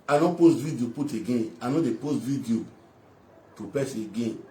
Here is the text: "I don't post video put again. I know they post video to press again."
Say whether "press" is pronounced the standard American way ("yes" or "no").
no